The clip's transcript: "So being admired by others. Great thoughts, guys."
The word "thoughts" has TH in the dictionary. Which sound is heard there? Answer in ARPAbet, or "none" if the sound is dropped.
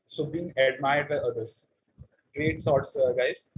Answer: S